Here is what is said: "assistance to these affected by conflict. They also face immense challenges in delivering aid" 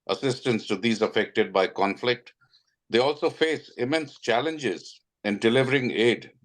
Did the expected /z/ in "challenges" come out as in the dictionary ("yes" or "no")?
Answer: yes